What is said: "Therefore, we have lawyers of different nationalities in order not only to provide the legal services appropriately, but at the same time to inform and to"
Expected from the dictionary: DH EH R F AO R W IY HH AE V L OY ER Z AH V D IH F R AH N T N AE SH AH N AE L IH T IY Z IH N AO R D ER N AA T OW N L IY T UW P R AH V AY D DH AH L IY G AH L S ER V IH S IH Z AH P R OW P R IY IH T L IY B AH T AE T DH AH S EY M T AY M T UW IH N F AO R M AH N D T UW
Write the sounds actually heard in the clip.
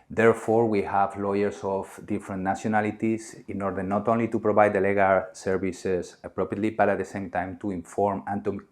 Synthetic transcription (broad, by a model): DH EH R F AO R W IY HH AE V L OY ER S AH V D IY F R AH N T N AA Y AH N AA L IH T IY S IH N AO R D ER N AA T OW N L IY T UW P R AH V AY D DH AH L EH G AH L S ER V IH S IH S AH P R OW P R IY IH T L IY B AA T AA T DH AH S EY M T AY M T UW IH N F AO R M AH N T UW